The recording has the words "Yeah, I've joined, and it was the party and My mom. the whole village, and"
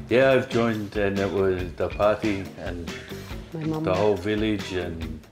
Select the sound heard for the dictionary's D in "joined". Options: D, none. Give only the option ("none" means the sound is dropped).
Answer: D